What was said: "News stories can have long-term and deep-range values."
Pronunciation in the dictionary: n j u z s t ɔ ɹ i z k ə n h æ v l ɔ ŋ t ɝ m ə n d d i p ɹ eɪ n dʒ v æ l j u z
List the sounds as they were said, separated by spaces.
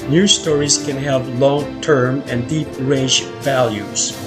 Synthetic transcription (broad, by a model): n j u s t ɔ ɹ i z k ə n h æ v l ɔ ŋ t ɝ m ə n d d i p ɹ eɪ dʒ v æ l j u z